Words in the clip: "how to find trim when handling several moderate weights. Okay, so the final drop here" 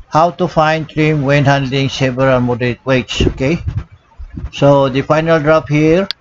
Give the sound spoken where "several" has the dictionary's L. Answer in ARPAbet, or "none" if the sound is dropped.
N